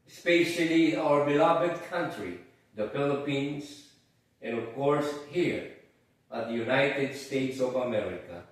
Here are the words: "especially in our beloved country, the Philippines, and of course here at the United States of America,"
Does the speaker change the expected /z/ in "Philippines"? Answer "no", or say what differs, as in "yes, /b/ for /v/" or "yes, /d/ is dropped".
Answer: yes, /s/ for /z/